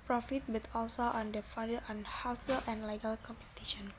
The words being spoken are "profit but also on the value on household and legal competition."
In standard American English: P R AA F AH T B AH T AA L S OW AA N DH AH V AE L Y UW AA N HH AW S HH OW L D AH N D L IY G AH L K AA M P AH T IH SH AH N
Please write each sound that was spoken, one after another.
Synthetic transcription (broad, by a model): P R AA F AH T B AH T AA L S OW AA N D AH F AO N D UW AA N HH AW S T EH L AH N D L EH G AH L K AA M P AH T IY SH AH N